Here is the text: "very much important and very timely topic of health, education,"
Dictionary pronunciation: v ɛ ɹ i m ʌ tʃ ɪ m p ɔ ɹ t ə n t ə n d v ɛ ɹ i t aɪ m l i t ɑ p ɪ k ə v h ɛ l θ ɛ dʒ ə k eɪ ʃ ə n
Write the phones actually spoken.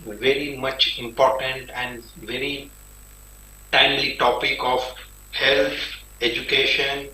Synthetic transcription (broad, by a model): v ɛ ɹ i m ʌ tʃ ɪ m p ɔ ɹ t ə n t ə n d v ɛ ɹ i t aɪ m l i t ɑ p ɪ k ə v h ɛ l t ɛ dʒ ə k eɪ ʃ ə n